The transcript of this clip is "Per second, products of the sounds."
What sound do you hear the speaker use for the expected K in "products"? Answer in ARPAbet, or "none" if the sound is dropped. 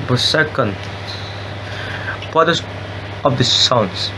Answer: none